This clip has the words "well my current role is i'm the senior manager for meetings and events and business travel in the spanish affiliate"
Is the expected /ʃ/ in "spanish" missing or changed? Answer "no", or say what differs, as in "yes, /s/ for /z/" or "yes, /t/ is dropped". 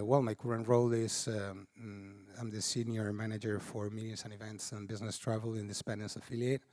yes, /s/ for /ʃ/